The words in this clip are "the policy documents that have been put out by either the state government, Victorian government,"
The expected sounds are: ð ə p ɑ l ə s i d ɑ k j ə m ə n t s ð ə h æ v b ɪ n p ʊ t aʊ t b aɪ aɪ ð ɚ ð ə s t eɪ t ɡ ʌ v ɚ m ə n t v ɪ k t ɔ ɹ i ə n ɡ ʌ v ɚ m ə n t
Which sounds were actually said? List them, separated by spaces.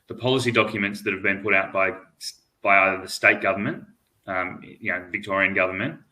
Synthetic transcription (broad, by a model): ð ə p ɑ l ə s i d ɑ k j ə m ə n t s ð ə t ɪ v b ɪ n p ʊ t aʊ t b aɪ aɪ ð ð ə s t eɪ t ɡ ʌ v ɚ m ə n t v ɪ k t ɔ ɹ i ə n ɡ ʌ v ɚ m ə n t